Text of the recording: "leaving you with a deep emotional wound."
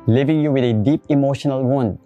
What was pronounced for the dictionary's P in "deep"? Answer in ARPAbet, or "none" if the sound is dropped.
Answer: P